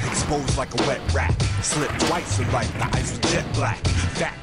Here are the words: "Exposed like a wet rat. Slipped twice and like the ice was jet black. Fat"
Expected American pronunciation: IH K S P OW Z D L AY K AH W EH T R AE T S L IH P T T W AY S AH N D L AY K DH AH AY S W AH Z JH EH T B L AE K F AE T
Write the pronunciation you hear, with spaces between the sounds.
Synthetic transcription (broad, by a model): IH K S P OW Z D L AY K AH W EH T R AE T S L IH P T T W AY S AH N L AY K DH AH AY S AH JH EH T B L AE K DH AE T